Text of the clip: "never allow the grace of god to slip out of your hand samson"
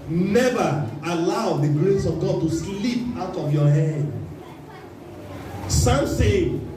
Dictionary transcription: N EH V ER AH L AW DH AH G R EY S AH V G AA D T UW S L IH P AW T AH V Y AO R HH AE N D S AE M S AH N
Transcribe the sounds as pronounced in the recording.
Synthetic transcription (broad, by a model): N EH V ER AH L AW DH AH G R EY S AH V G AA D T UW S L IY P AW T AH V Y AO HH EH D S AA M S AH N